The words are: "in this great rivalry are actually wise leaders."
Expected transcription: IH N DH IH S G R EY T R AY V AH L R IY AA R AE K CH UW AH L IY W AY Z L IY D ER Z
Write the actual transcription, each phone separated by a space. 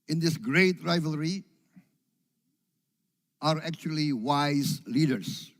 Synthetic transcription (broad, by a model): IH N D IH S G R EY T R AY V AH L R IY AA R AE K CH UW AH L IY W AY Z L IY D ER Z